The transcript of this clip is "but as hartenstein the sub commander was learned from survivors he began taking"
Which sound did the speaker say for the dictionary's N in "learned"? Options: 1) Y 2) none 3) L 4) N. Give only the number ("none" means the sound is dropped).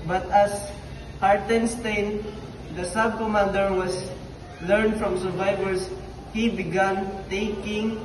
4